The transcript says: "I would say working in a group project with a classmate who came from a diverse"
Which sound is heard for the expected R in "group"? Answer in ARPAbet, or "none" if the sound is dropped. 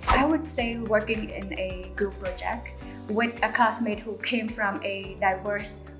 none